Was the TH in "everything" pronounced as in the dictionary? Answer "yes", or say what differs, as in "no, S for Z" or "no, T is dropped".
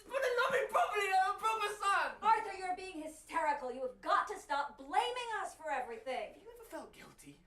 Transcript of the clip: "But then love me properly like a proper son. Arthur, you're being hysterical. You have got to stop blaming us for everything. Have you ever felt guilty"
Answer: yes